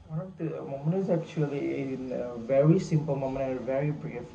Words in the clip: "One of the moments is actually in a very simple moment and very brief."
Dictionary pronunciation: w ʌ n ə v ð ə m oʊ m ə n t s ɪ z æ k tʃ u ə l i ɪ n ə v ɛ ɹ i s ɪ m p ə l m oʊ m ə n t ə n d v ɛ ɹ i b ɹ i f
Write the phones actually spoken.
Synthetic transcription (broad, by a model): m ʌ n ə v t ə m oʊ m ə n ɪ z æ k tʃ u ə l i ɪ n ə v ɛ ɹ i s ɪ m p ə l m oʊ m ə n ə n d v ɛ ɹ i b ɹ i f